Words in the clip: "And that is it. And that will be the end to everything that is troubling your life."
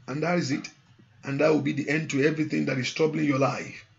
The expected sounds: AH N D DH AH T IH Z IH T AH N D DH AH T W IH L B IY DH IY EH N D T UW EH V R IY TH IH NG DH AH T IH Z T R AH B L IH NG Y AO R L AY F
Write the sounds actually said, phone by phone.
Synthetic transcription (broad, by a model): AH N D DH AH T IH Z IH T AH N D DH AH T W IH L B IY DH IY EH N D T UW EH V R IY TH IH NG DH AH T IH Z T R AH B L IH NG Y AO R L AY F